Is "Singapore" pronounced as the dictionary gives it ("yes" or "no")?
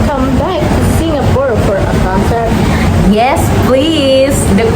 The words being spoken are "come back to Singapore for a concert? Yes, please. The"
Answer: no